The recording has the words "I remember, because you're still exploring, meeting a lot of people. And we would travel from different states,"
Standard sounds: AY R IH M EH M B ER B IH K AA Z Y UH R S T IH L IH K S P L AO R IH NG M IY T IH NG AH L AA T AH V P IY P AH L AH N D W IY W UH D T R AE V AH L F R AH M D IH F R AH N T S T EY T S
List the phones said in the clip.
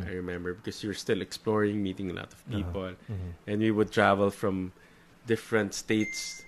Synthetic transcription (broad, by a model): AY R IH M EH M B ER B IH K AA S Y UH R S T IH L IH K S P L AO R IH NG M IY T IH NG AH L AA T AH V P IY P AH L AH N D W IY W UH D T R AE V AH L F R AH M D IH F R AH N T S T EY T S